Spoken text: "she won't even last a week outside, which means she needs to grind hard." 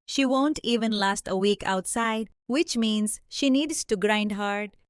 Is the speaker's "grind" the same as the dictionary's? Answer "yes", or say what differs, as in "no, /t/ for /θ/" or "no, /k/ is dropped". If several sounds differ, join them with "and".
yes